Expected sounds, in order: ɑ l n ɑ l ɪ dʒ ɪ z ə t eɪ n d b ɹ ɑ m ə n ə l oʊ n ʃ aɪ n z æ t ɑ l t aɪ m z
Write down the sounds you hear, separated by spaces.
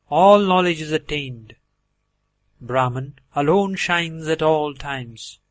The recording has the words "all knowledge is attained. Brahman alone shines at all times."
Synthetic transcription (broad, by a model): ɑ l n ɑ l ɪ dʒ ɪ z ə t eɪ n d b ɹ ɑ m ə n ə l oʊ n ʃ aɪ n z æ t ɑ l t aɪ m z